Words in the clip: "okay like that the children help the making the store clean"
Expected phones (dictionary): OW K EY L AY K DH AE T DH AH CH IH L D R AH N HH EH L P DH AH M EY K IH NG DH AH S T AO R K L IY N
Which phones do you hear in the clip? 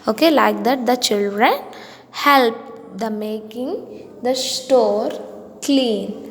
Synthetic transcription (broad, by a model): OW K EY L AY K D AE T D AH CH IH L D R AH N HH EH L P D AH M EY K IH NG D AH S T AO R K L IY N